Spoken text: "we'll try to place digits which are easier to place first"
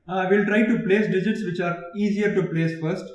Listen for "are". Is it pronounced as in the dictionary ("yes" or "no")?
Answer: yes